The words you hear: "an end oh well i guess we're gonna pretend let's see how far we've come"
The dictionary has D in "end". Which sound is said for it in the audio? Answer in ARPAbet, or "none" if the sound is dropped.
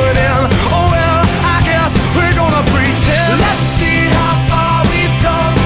none